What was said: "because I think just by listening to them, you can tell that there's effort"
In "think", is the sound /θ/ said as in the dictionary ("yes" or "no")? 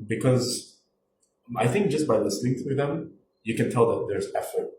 yes